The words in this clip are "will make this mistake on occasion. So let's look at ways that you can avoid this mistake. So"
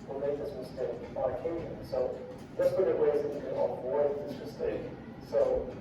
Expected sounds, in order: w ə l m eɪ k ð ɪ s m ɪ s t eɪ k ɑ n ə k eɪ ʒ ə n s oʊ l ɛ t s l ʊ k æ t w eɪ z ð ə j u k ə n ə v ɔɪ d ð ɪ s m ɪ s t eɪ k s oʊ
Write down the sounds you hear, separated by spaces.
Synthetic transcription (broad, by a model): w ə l m eɪ k ð ɪ s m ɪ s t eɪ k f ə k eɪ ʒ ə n s oʊ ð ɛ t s w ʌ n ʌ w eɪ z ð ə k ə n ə b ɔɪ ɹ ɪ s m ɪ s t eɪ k s oʊ